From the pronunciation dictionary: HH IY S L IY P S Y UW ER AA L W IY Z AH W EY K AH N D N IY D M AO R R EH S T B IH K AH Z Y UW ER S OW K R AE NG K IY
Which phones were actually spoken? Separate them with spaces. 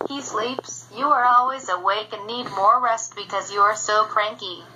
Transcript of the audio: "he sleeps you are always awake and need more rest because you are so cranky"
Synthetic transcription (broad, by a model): HH IY S L IY P S Y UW ER AA L W IY Z AH W EY K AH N N IY D M AO R R EH S T B IH K AH Z Y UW ER S OW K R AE NG K IY